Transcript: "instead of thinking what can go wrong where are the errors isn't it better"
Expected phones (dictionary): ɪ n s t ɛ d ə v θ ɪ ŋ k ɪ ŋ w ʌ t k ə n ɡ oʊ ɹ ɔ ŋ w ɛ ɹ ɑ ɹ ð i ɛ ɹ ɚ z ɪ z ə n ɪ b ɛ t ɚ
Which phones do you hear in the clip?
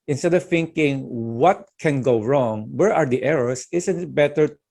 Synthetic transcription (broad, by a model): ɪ n s t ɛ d ə v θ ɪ ŋ k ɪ ŋ w ʌ t k ə n ɡ oʊ ɹ ɔ ŋ w ɛ ɹ ɑ ɹ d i ɛ ɹ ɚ s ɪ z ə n b ɛ t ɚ